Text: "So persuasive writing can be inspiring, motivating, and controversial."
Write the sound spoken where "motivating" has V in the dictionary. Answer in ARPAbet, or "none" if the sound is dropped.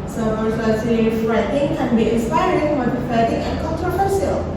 F